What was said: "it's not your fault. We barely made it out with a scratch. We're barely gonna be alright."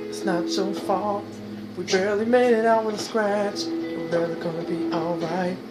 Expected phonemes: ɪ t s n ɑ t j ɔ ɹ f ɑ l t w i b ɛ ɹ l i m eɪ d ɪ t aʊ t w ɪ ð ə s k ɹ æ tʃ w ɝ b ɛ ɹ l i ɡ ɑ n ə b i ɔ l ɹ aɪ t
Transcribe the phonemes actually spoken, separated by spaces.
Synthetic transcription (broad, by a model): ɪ t s n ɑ t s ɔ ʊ f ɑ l w i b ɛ ɹ l i m eɪ d ɪ t aʊ t w ɪ ð ə s k ɹ æ tʃ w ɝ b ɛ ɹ l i ɡ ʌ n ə b i ɔ l ɹ aɪ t